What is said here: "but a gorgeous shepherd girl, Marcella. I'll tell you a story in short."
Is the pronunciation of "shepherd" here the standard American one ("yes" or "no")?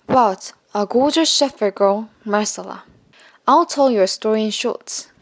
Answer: no